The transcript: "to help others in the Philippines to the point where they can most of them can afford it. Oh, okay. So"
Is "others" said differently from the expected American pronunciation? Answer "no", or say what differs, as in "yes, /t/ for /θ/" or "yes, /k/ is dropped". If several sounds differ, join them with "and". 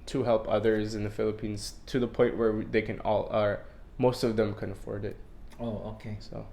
no